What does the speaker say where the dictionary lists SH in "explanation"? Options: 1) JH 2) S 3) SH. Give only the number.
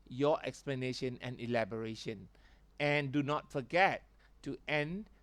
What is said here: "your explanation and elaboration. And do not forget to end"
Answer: 3